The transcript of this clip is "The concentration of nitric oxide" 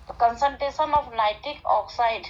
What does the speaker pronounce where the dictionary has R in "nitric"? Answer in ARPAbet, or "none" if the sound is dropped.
none